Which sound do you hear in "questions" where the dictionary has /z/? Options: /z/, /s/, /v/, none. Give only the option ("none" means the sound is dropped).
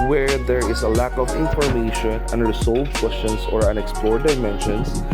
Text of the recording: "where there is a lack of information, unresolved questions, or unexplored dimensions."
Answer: /s/